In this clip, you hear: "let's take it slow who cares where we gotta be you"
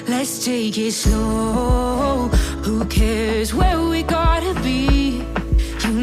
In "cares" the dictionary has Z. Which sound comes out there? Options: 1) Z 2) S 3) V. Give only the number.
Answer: 1